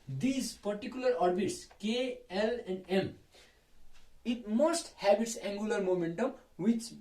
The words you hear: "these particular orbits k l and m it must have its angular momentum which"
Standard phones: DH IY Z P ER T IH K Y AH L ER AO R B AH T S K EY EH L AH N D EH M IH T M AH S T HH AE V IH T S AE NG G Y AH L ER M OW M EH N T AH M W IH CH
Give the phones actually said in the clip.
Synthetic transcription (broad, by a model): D IY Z P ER T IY K Y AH L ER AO R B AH T S K EY EH L AH N D EH M IH T M AH S T HH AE B IH T S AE NG G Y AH L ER M OW M EH N T AH M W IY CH